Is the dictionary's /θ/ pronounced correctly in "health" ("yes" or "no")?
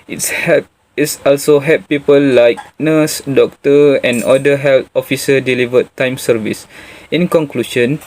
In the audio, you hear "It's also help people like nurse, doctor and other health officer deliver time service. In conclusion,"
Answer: no